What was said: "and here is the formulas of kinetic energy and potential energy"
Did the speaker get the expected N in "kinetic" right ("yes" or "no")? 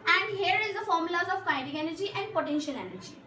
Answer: no